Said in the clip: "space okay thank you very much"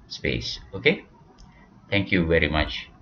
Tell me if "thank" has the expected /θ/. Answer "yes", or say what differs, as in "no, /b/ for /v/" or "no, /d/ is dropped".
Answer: no, /t/ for /θ/